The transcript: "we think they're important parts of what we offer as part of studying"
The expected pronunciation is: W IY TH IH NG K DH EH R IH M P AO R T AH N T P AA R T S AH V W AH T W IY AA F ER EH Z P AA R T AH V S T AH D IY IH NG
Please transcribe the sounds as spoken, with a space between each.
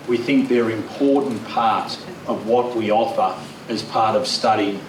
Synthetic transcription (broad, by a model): W IY TH IH NG K DH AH R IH M P AO R T N P AA R T AH V W AH T W IY AA F ER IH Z P AA R T AH V S T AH D IY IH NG